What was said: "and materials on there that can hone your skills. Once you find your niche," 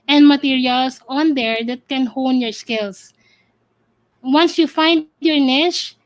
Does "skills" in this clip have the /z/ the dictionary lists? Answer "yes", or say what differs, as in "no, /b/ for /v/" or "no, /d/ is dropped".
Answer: no, /s/ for /z/